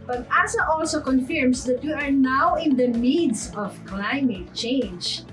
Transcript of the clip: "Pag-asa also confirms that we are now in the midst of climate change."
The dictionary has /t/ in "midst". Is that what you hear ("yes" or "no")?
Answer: no